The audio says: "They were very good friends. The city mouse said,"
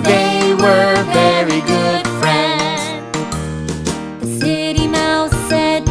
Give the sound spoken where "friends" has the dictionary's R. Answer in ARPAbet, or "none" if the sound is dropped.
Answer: R